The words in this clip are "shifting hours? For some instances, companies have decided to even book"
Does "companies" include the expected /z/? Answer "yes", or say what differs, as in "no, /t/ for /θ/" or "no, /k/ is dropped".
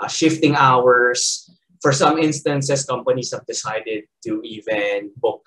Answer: no, /s/ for /z/